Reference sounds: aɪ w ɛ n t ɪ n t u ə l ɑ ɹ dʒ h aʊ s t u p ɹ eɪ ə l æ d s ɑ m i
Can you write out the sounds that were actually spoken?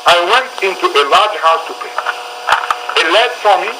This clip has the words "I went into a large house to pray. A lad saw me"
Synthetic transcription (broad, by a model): aɪ w ɛ n t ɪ n t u ə l ɑ ɹ dʒ h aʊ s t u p eɪ ə l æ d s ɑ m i